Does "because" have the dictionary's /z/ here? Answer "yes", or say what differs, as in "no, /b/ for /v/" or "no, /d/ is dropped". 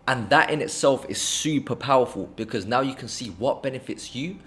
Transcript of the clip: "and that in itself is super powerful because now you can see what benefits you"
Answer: yes